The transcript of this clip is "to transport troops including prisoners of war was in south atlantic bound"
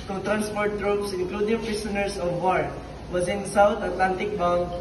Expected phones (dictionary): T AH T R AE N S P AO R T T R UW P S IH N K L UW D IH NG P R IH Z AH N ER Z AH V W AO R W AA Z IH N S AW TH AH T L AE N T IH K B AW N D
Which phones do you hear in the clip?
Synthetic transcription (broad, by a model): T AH T R AE N S P AO R T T R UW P S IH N K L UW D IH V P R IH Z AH N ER S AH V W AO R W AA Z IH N S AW T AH T L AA N T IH K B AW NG